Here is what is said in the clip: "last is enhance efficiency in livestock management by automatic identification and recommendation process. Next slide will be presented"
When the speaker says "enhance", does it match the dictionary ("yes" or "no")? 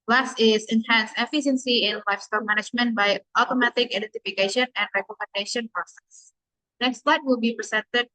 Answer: yes